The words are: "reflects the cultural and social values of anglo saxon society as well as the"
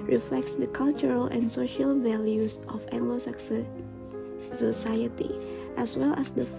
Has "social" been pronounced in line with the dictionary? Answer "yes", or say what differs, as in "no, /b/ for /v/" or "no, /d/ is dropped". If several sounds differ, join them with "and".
yes